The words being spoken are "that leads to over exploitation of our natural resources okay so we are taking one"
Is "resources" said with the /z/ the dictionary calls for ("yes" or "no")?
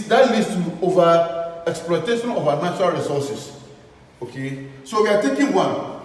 no